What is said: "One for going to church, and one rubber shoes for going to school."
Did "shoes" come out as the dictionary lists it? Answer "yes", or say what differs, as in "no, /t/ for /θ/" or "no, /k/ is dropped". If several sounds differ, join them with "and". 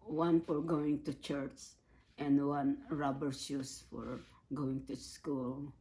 no, /s/ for /z/